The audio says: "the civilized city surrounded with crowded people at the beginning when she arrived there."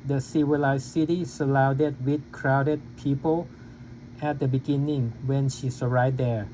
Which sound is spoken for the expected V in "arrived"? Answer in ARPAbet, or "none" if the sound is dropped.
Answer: none